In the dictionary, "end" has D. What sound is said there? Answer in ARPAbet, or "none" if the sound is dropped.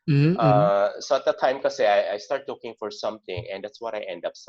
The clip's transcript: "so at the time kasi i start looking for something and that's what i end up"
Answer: D